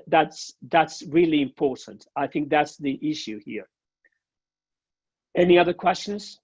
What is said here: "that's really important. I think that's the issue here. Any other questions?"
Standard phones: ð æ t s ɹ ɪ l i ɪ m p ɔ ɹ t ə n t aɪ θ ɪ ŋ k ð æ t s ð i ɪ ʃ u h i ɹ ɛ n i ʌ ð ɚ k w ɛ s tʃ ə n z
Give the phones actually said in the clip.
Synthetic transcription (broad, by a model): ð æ t s ɹ ɪ l i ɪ m p ɔ ɹ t n t aɪ θ ɪ ŋ k ð æ t s ð i ɪ ʃ u h i ɹ ɛ n i ʌ ð ɚ k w ɛ s tʃ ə n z